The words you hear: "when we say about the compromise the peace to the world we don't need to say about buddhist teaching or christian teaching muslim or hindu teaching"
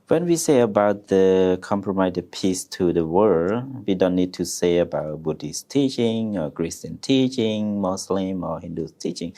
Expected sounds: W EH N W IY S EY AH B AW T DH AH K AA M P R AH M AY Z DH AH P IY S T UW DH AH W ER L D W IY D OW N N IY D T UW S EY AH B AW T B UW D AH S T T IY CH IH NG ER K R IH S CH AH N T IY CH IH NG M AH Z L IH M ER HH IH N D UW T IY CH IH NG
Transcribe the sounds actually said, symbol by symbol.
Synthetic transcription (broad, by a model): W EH N W IY S EY AH B AW T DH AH K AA M P R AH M AY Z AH P IY S T UW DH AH W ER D W IY D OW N N IY D T UW S EY AH B AW T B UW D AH S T T IY CH IH NG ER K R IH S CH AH N T IY CH IH NG M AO S L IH M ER HH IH N D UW T IY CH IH NG